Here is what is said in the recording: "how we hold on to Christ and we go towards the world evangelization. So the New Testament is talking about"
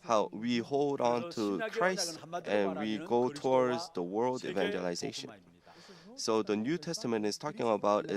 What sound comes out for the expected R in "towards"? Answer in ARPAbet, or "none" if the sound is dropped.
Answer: R